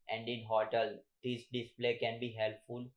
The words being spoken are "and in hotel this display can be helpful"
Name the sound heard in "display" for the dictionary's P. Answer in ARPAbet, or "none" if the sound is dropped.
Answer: P